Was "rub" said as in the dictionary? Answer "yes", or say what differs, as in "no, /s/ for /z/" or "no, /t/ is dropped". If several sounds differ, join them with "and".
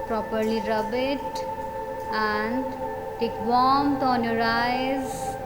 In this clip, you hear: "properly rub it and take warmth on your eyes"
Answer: yes